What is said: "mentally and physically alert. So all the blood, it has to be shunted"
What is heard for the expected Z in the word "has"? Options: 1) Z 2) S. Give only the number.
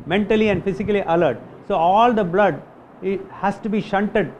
2